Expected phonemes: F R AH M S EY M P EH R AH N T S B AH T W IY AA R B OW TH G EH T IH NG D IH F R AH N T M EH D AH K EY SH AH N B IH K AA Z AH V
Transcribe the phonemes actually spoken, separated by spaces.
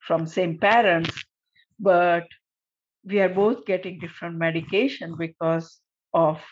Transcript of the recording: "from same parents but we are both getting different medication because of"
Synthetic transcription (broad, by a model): F R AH M S EY M P EH R AH N T S B AH T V IY AA R B OW T G EH T IH NG D IH F R AH N T M EH D AH K EY SH AH N B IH K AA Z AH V